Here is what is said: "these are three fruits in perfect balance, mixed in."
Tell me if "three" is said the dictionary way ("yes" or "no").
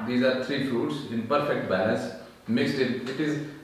no